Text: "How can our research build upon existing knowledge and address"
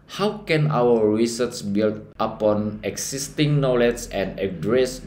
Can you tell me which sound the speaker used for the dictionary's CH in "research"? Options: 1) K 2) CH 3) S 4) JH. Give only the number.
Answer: 3